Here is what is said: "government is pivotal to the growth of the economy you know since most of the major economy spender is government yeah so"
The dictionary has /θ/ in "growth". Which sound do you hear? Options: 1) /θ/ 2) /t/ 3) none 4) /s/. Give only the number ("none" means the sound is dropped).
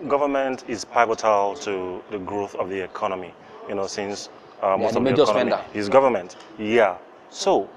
1